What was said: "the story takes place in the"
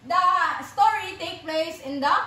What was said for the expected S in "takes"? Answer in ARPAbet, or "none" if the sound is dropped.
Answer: none